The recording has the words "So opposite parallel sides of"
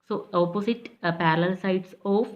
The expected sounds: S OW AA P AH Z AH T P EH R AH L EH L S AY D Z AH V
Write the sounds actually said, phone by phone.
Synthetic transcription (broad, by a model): S OW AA P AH S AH T P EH R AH L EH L S AY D S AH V